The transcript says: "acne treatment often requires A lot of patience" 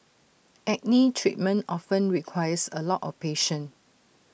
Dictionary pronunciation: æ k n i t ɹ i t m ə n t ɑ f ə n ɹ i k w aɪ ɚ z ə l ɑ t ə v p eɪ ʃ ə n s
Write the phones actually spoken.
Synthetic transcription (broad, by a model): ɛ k n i t ɹ i t m ə n t ɑ f ə n ɹ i k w aɪ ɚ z ə l ɑ t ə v p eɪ ʃ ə n